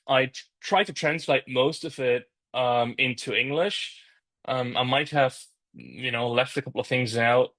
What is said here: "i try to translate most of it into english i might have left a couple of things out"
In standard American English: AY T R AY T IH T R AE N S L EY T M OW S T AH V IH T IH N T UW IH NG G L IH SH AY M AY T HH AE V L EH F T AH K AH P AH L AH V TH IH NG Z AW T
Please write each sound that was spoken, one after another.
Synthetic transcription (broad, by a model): AY T R AY T IH T R AE N S L EY T M OW S T AH V IH T IH N T UW IH NG G L IH SH AY M AY T HH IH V L EH F T AH K AH P L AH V TH IH NG Z AW T